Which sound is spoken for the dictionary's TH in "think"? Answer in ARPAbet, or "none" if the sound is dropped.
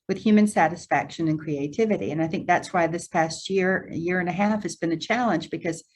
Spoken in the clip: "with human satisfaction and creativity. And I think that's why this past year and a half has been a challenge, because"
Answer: TH